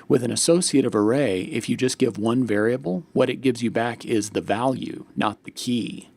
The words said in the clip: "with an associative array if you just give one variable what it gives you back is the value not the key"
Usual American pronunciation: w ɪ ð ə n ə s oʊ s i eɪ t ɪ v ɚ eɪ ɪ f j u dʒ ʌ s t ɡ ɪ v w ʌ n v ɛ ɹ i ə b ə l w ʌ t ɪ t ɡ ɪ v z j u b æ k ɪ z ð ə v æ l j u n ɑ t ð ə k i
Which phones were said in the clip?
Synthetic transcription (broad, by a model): w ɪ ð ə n ə s oʊ s i eɪ t ɪ v ɚ eɪ ɪ f j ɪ dʒ ʌ s ɡ ɪ v w ʌ n v ɛ ɹ i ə b l w ʌ t ɪ t ɡ ɪ v z j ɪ b æ k ɪ z ð ə v æ l j u n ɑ t ð ə k i